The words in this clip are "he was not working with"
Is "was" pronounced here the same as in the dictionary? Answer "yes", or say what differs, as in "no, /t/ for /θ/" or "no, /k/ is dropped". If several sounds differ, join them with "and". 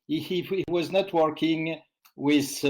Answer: yes